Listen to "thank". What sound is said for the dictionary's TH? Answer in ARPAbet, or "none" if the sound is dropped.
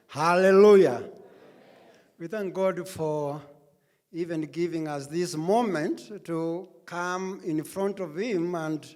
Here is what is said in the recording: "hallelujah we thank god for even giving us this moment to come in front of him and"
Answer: TH